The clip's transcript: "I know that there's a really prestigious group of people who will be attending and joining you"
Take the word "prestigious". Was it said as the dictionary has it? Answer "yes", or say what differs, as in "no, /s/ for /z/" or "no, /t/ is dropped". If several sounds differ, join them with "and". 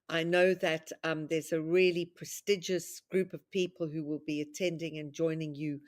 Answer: yes